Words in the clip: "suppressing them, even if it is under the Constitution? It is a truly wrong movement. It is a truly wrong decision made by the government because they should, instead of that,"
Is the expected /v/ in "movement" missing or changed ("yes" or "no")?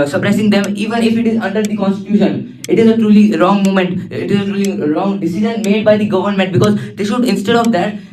yes